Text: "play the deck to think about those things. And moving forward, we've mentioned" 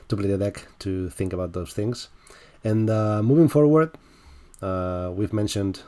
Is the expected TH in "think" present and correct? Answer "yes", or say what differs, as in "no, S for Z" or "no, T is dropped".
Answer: yes